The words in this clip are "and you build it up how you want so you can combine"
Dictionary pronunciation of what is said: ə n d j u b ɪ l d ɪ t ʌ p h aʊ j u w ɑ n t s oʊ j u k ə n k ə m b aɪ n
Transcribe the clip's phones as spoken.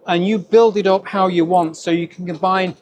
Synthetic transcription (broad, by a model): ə n j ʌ b ɪ l d ɪ t ʌ p h aʊ j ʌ w ɑ n t s oʊ j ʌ k ə n k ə m b aɪ n